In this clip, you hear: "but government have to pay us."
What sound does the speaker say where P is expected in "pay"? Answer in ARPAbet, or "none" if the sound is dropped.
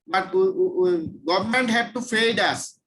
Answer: F